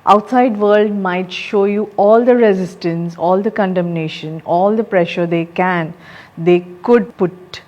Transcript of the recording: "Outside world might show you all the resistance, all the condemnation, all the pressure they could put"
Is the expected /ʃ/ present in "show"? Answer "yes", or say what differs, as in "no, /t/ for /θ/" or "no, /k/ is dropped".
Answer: yes